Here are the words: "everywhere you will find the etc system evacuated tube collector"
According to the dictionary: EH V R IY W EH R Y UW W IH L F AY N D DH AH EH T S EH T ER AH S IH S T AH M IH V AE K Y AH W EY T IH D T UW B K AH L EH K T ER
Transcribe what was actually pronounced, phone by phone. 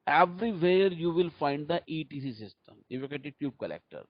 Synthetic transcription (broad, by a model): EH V R IY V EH R Y UW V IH L F AY N D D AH T IY T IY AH S IH S T AH M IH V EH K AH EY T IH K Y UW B K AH L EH K T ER